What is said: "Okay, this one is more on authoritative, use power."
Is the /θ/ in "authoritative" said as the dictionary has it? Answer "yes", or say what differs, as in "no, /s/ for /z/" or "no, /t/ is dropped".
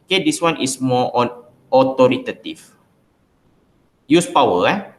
no, /t/ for /θ/